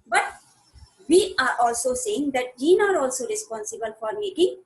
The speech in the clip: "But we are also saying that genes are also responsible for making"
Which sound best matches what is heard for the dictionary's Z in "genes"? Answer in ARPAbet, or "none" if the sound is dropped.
none